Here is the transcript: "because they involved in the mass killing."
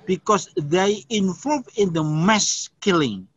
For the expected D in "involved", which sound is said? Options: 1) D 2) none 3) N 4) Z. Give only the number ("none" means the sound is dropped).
2